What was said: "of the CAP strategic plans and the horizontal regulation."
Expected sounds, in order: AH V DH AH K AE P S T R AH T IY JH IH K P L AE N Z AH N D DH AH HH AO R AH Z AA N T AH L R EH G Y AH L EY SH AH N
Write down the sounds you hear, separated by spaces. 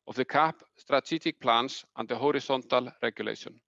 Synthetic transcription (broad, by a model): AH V DH AH K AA P S T R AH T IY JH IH K P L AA N S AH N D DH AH HH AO R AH S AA N T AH L R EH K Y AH L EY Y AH N